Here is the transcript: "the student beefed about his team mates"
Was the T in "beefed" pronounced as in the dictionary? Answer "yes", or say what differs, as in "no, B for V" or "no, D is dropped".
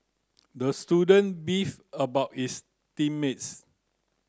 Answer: no, T is dropped